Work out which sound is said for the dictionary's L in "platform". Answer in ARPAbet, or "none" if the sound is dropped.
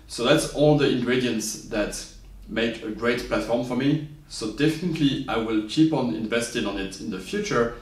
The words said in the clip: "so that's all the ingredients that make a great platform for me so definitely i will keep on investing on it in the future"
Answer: L